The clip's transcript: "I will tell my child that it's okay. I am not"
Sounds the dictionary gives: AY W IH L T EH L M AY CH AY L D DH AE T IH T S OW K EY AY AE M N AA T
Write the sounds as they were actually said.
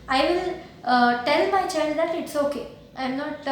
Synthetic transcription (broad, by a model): AY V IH L T EH L M AY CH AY N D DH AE T IH T S OW K EY AY M N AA T